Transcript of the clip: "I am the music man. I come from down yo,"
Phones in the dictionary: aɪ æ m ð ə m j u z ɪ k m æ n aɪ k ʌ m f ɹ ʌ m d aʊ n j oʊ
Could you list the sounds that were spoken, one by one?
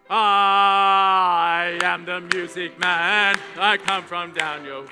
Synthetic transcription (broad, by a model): aɪ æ m ð ə m j u z ɪ k m æ n aɪ k ʌ m f ɹ ʌ m d aʊ n j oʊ